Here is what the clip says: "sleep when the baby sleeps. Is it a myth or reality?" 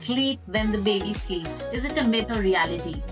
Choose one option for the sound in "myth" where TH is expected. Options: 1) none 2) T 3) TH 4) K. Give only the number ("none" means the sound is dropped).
2